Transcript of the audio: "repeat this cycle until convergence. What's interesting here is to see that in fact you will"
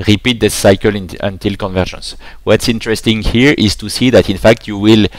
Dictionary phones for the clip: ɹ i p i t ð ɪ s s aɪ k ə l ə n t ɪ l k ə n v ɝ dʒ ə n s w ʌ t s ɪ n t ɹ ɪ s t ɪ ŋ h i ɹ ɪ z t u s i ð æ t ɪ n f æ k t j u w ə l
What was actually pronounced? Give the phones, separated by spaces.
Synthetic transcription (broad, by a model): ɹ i p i t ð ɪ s s aɪ k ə l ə n t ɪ l k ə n v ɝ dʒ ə n s w ʌ t s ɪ n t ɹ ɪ s t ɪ ŋ h i ɹ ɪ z t u s i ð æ t ɪ n f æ k t j u w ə l